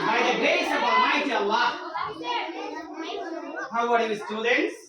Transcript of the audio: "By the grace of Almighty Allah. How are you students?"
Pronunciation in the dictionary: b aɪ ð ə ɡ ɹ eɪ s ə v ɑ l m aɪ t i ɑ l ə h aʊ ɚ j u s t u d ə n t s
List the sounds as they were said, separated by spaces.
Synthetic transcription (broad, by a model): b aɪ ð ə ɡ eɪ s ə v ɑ m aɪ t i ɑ l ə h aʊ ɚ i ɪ s t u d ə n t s